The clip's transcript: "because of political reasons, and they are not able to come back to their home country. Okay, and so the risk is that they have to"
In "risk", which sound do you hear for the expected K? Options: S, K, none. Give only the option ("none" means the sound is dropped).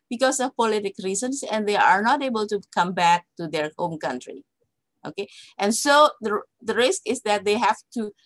K